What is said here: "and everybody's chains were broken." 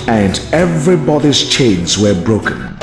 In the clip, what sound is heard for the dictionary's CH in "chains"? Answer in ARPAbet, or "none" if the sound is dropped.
CH